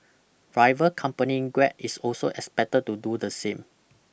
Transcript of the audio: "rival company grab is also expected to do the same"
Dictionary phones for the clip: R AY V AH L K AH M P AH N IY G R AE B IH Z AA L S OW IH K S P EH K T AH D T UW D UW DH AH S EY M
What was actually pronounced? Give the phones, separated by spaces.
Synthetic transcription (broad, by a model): R AY V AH K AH M P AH N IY G W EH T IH S AA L S OW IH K S P EH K T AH T UW D UW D AH S EY M